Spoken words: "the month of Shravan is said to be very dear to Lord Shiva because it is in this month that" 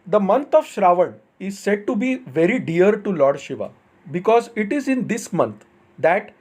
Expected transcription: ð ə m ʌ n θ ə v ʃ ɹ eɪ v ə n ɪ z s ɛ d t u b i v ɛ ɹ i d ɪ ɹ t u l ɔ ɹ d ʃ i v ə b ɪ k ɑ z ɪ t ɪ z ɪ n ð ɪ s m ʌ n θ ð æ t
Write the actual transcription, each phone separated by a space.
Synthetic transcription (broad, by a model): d ə m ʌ n t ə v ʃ ɹ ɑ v ə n ɪ z s ɛ d t u b i v ɛ ɹ i d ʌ ɹ t u l ɔ ɹ d ʃ i v ə b ɪ k ɑ z ɪ t ɪ z ɪ n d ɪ s m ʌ n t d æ t